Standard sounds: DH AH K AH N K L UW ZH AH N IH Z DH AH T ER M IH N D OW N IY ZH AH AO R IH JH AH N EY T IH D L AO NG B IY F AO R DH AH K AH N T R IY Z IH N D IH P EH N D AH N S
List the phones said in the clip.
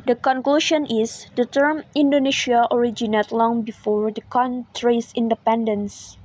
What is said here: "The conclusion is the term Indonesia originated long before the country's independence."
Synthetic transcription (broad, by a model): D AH K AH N K L UW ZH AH N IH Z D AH T ER M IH N D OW N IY SH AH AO R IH JH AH N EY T L AO NG B IY F AO R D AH K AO N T R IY S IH N D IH P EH N D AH N S